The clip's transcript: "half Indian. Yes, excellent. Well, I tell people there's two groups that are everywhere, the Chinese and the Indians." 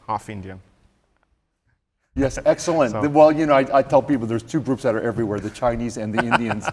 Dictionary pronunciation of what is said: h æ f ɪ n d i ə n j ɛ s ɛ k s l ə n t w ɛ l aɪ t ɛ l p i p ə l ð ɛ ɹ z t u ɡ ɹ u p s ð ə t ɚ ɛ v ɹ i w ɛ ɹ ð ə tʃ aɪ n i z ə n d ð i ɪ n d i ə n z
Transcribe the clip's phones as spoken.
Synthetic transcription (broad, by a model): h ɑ f ɪ n d i ə n j ɛ s ɛ k s l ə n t w ɛ l aɪ t ɛ l p i p l ð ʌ ɹ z t u ɡ ɹ u p s ð ə t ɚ ɛ v ɹ i w ɛ ɹ ð ə tʃ aɪ n i z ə n ð i ɪ n d i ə n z